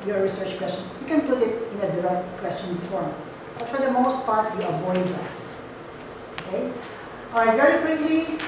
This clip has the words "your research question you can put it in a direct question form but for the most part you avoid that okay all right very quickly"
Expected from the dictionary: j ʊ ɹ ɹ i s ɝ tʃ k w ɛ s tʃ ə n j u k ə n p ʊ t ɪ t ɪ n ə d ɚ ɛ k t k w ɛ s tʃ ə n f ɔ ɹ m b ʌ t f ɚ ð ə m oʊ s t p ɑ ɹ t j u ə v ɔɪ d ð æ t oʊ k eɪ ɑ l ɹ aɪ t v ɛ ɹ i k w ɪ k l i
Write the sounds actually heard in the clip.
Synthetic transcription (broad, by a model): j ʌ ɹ ɹ i s ɝ tʃ k w ɛ s tʃ ə n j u k ə n p ʊ t ɪ t ɪ n ə d ɚ ɛ k t k w ɛ s tʃ ə n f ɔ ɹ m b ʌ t f ɚ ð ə m oʊ s t p ɑ ɹ t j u ə v ɔɪ d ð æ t oʊ k eɪ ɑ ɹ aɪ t v ɛ ɹ i k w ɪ k l i